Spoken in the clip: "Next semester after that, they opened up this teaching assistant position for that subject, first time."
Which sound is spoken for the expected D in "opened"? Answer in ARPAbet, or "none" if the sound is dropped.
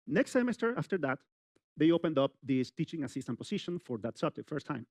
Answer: D